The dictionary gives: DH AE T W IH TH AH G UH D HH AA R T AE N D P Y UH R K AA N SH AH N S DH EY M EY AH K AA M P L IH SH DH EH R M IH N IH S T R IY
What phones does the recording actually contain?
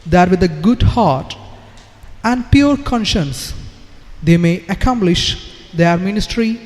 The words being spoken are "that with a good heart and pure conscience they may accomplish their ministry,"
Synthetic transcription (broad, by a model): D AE T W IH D AH G UH D HH AA R T AE N D P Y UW R K AA N SH AH N S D EY M EY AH K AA M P L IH SH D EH R M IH N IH S T R IY